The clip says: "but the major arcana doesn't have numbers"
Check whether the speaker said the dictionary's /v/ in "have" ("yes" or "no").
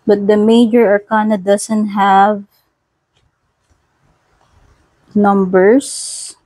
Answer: yes